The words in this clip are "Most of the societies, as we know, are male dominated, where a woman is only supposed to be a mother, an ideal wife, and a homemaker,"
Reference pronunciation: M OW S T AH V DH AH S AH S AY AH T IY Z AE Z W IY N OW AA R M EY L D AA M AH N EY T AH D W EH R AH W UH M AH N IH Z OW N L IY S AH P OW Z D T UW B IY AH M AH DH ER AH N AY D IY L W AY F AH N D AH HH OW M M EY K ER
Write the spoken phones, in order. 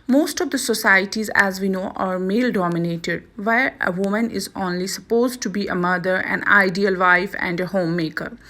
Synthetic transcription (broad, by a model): M OW S T AH V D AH S AH S AY AH T IY Z AE Z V IY N OW AA R M EY L D AA M AH N EY T AH D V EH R AH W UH M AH N IH Z OW N L IY S AH P OW Z D T UW B IY AH M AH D ER AH N AY D IY L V AY F AH N D AH HH OW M M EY K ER